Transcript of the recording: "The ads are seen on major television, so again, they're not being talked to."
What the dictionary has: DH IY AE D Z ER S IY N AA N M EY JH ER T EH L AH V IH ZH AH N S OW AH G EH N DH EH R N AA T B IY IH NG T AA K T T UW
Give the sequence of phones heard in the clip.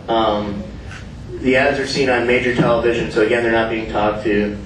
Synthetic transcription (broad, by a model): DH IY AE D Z ER S IY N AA N M EY JH ER T EH L AH V IH ZH AH N S OW AH G EH N DH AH R N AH T B IY IH NG T AA K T T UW